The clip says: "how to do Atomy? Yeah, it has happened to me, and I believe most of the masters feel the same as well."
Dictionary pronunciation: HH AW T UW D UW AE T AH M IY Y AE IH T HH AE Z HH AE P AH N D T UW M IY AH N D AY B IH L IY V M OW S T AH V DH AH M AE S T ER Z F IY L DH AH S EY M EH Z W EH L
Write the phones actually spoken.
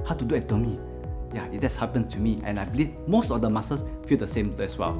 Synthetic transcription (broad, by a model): HH AW T UW D UW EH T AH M IY Y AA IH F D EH S HH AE P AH N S T UW M IY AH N AY B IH L IY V M OW S T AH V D AH M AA S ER S F IY L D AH S EY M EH S W EH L